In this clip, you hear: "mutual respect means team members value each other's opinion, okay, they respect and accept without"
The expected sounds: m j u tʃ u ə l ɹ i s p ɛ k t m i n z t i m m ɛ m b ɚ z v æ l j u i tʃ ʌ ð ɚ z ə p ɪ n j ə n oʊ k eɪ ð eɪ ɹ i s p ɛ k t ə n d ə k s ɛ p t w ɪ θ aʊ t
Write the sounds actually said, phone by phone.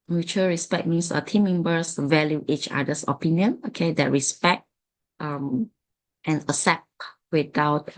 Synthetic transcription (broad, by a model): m j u tʃ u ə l ɹ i s p ɛ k m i n s t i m m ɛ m b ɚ s v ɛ l j u i tʃ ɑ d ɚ s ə p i n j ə n oʊ k eɪ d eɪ ɹ i s p ɛ k t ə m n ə s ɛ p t w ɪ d aʊ t